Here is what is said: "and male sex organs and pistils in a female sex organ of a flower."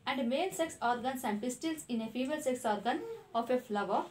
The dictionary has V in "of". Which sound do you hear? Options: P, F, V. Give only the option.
F